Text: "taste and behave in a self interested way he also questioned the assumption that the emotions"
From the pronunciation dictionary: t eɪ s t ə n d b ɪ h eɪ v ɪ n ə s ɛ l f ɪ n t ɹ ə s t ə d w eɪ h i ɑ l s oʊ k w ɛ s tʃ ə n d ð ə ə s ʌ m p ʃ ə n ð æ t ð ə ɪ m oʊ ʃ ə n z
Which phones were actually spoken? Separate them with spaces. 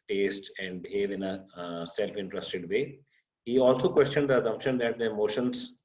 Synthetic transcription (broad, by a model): t eɪ s t ə n d b ɪ h eɪ v ɪ n ə s ɛ l f ɪ n t ɹ ə s t ə d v eɪ h i ɑ l s oʊ k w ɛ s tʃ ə n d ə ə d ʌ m ʃ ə n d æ t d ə m oʊ ʃ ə n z